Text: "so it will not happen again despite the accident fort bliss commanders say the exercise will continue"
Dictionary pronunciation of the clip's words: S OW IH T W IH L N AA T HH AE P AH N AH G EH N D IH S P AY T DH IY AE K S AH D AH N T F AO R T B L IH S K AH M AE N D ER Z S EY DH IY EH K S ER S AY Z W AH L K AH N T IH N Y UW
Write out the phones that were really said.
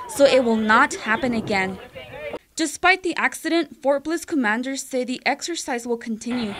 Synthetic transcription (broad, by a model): S OW IH T W IH L N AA T HH AE P AH N AH G EH N D IH S P AY T DH IY AE K S AH D AH N T F AO R T B L IH S K AH M AE N D ER Z S EY DH IY EH K S ER S AY Z W AH L K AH N T IH N Y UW